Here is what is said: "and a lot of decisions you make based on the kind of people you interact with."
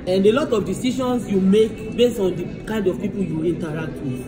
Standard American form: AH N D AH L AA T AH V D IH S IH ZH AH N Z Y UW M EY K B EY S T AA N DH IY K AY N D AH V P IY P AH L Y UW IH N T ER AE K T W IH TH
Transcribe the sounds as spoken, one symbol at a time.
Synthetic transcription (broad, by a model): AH N D AH L AA T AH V D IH S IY SH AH N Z Y UW M EY K B EY S AA N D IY K AY N D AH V P IY P AH L Y UW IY N T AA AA K T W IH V